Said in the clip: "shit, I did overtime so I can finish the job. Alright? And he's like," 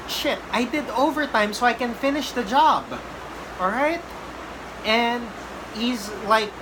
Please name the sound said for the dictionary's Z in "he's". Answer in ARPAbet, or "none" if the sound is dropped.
Z